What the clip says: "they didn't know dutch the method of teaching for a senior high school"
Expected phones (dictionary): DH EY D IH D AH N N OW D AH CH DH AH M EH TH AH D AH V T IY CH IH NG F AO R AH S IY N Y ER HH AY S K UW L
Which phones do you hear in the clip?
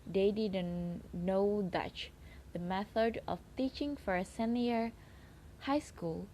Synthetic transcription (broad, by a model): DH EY D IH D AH N N OW D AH CH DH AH M EH TH AH D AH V T IY CH IH NG F AO R AH S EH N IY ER HH AY S K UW L